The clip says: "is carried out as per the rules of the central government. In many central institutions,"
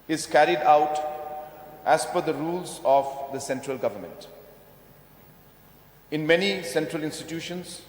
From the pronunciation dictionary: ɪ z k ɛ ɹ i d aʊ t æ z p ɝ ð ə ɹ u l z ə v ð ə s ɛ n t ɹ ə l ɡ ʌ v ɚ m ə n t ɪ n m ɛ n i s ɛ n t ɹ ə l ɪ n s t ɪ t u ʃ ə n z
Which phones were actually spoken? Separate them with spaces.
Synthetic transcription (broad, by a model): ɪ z k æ ɹ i d aʊ t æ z f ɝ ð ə ɹ u l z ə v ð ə s ɛ n t ɹ ə l ɡ ʌ v ɚ m ə n t ɪ n m ɛ n i s ɛ n t ɹ ə l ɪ n s t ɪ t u ʃ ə n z